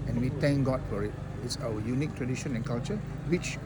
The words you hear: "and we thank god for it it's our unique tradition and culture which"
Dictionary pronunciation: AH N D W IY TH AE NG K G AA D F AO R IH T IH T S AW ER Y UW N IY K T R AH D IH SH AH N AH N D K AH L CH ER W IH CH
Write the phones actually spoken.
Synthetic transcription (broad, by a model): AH N W IY T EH NG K G AA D F AO R IH T IH T S AW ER Y UW N IY K T R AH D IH SH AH N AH N K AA L CH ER W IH CH